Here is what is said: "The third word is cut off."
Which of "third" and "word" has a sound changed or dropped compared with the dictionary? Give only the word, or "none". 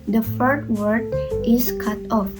third